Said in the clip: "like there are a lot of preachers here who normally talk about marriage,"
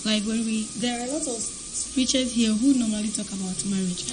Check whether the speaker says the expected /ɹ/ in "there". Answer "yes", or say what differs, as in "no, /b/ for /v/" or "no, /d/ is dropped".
no, /w/ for /ɹ/